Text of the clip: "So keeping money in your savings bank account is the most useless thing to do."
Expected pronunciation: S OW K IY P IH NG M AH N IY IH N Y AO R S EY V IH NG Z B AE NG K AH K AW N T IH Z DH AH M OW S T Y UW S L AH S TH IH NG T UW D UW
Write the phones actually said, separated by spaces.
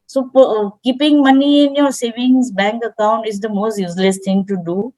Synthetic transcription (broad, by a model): S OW K IY P IH NG M AH N IY IH N Y AO R S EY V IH NG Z B AE NG K AH K AW N T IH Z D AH M OW S T Y UW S L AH S T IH NG T UW D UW